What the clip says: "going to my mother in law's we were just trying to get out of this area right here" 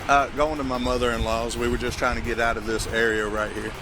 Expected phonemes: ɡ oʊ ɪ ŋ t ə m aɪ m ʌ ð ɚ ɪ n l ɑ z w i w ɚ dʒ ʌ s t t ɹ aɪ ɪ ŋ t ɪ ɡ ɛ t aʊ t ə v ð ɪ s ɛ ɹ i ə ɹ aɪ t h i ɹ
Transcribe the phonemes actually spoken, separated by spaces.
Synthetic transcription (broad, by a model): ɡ oʊ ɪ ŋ t ə m aɪ m ʌ ð ɚ ɪ n l ɑ z w i w ɚ dʒ ʌ s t t ɹ aɪ ɪ ŋ t ɪ ɡ ɛ t aʊ t ə v ð ɪ s ɛ ɹ i ə ɹ aɪ t h i ɹ